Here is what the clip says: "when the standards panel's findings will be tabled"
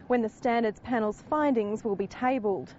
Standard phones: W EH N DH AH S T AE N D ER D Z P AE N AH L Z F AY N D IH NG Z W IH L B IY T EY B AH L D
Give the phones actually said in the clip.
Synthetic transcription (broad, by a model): W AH N DH AH S T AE N D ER D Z P AE N AH L Z F AY N D IH NG Z W IH L B IY T EY B AH L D